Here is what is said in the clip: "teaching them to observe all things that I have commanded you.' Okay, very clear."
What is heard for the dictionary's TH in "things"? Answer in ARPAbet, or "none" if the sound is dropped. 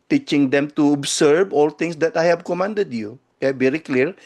T